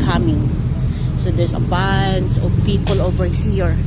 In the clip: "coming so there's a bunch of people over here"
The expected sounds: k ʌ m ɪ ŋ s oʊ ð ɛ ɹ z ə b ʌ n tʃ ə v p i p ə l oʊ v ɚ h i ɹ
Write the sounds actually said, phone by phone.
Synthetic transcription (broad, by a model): k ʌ m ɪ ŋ s oʊ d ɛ ɹ s ə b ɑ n s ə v p i p ə l oʊ v ɚ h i ɹ